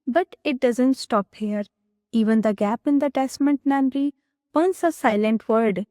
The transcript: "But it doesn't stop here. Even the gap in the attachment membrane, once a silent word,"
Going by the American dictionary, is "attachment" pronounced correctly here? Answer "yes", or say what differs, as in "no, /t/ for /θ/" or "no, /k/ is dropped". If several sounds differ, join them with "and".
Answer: no, /s/ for /tʃ/